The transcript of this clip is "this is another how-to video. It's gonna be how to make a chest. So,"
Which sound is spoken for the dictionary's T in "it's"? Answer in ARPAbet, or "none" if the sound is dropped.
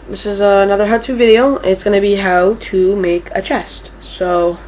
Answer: T